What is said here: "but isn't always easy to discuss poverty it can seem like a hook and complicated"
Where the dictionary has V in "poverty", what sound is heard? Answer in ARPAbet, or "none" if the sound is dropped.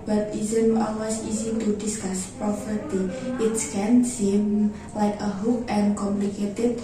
F